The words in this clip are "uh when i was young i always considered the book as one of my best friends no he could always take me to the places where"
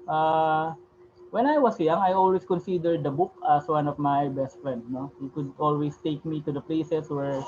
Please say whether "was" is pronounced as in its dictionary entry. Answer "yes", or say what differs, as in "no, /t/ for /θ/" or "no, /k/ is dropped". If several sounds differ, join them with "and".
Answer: no, /s/ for /z/